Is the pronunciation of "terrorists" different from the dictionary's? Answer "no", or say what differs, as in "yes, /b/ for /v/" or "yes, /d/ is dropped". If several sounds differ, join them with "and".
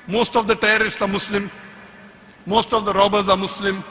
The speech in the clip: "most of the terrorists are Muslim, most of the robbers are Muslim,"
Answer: yes, /ɹ/ is dropped